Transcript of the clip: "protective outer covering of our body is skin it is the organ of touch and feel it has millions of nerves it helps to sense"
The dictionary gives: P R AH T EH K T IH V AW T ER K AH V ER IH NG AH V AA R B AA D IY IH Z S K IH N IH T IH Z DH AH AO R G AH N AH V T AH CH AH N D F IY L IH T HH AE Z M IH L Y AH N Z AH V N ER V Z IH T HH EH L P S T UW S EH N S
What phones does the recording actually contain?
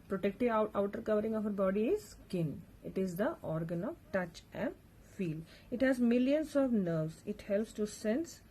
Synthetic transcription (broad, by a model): P R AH T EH K T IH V AW T ER K AH V ER IH NG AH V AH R B AA D IY IH Z S K IH N IH T IH Z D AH AO R G AH N AH V T AH CH AH N D F IY L IH T HH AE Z M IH L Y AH N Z AH V N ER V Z IH T HH EH L P S T UW S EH N S